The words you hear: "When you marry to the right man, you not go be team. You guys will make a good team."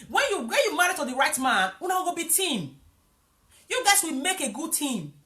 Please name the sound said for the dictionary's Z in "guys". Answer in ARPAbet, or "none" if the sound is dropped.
S